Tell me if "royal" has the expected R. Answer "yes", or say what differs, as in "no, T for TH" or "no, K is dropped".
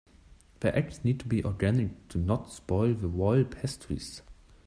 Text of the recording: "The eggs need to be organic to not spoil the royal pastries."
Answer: no, W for R